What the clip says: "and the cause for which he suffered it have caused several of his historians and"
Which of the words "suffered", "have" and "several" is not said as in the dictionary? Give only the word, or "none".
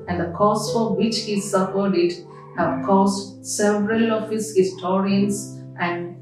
suffered